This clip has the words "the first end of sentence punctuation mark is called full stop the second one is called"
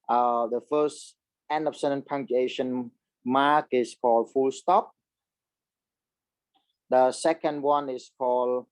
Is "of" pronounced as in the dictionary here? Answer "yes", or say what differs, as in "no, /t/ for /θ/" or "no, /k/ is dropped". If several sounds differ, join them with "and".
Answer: no, /p/ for /v/